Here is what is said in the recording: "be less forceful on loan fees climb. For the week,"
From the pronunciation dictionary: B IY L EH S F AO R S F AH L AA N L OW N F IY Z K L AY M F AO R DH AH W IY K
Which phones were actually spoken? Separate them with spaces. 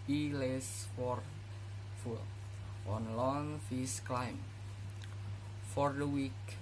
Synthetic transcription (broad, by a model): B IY L EH S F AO R F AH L AA N L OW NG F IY S K L AY M F AO R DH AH W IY K